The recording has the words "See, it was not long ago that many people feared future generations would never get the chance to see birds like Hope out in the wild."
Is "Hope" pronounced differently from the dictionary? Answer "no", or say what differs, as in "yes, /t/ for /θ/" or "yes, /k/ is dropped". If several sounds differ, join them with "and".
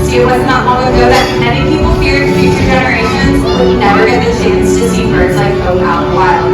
yes, /p/ is dropped